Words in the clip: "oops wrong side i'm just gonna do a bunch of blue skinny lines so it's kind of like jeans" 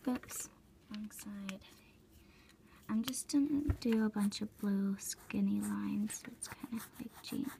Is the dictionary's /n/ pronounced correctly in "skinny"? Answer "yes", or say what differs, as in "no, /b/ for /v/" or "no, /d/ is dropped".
yes